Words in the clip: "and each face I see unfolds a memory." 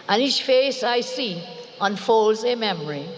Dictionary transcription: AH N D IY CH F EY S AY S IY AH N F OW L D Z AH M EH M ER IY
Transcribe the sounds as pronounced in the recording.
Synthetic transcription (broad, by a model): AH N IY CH F EY S AY S IY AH N F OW L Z AH M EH M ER IY